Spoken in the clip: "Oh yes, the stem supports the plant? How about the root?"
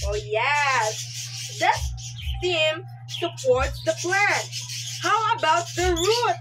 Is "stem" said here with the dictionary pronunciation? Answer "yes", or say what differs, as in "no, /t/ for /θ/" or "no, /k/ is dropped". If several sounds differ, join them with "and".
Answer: no, /s/ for /t/